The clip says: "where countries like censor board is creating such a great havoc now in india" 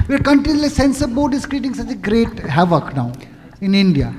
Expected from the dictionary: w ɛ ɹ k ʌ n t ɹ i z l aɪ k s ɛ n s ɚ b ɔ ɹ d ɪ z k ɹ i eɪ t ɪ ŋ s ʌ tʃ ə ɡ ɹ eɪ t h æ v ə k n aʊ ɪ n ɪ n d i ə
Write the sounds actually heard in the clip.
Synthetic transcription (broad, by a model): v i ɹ k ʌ n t i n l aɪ s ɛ n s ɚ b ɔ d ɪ s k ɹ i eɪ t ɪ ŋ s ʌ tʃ ə ɡ ɹ eɪ t h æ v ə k n aʊ ɪ n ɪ n d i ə